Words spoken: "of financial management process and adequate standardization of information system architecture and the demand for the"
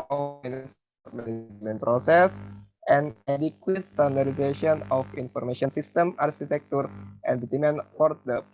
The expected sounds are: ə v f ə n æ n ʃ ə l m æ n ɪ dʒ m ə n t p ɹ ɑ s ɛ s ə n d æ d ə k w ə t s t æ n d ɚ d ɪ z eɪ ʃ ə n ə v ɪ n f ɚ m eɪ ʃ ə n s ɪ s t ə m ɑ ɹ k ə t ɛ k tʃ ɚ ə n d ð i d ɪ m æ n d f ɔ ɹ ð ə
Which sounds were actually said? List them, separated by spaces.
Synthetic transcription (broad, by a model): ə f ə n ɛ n s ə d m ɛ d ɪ m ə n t p ɹ ɑ s ɛ s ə n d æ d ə k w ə t s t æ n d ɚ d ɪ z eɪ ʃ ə n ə f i n f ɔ m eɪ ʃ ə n s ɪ s t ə m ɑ ɹ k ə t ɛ k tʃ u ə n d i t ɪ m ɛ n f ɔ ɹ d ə